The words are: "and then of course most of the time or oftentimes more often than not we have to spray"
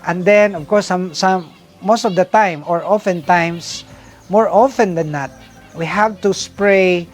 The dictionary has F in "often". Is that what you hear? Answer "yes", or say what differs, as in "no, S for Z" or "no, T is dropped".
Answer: yes